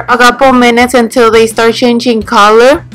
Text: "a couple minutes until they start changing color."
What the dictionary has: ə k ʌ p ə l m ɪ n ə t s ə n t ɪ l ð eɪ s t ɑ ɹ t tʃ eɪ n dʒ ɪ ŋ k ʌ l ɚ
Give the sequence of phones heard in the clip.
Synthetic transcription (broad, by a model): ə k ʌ p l m ɪ n ə t s ə n t ɪ l ð eɪ s t ɑ ɹ t tʃ eɪ n dʒ ɪ ŋ k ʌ l ɚ